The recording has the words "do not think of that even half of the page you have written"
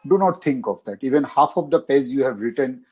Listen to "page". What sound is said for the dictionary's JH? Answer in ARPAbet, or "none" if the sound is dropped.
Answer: Z